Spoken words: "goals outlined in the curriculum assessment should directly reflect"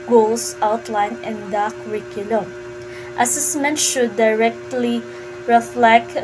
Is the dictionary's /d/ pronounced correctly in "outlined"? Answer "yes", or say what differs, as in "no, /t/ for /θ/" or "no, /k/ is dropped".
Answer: no, /d/ is dropped